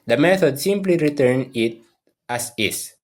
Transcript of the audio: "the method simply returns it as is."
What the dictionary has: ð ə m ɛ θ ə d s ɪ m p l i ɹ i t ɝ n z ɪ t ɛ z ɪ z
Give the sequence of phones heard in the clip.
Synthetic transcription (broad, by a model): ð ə m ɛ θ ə d s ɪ m p l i ɹ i t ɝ n ɪ t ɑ s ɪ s